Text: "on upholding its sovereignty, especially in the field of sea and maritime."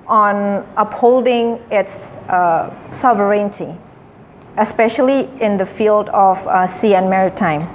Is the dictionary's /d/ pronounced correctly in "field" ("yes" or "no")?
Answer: yes